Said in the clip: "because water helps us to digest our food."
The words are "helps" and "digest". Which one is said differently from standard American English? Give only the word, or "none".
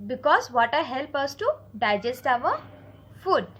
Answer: helps